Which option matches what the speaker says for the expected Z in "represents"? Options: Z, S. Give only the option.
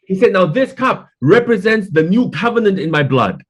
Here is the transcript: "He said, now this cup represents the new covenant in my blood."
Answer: Z